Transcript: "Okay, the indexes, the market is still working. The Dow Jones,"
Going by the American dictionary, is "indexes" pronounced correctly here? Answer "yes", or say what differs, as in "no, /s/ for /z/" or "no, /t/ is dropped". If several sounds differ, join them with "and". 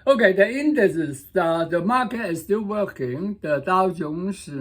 no, /k/ is dropped